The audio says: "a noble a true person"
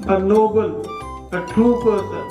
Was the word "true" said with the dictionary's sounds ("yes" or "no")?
no